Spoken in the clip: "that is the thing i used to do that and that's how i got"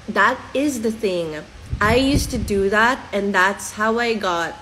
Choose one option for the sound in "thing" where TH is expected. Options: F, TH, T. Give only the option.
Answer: TH